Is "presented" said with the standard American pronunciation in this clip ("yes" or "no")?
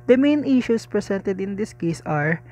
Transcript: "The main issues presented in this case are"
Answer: no